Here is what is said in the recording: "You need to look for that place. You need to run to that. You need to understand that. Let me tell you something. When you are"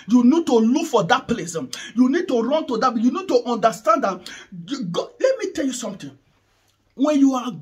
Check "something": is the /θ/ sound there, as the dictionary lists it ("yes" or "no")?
no